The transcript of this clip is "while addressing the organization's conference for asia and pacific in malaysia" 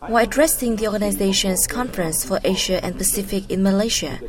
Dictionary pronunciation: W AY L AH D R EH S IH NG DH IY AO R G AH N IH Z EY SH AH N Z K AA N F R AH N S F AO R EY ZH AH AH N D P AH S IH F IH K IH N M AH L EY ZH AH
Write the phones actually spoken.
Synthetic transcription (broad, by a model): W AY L AH D R EH S IH NG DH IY AO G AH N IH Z EY SH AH N S K AA N F R AH N S F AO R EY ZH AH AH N P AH S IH F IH K IH N M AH L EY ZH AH